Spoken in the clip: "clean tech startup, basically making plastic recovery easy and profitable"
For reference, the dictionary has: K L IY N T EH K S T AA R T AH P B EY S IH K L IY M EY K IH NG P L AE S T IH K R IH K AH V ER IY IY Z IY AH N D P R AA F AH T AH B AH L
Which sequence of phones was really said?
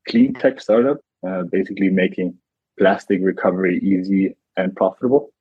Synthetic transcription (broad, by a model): K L IY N T EH K S T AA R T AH P B EY S IH K L IY M EY K IH NG P L AE S T IH K R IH K AH V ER IY IY Z IY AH N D P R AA F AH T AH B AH L